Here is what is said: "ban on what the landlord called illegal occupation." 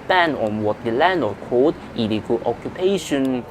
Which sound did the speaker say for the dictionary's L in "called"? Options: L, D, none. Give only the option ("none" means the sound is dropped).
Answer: none